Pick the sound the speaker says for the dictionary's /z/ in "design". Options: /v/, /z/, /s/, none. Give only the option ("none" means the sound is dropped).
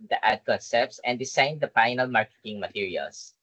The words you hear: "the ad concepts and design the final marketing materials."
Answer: /s/